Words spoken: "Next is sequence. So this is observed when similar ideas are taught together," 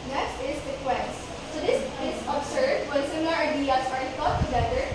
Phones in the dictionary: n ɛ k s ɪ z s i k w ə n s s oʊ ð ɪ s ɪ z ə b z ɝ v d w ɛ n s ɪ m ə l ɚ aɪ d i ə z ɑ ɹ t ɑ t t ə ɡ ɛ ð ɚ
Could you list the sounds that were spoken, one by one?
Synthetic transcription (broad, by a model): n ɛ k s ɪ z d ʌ k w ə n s s oʊ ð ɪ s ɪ s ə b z ɝ d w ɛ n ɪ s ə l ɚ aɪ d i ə s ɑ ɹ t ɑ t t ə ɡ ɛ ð ɚ